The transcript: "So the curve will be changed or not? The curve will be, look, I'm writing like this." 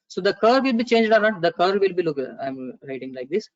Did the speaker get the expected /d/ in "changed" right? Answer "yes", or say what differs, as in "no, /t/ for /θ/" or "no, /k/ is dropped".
yes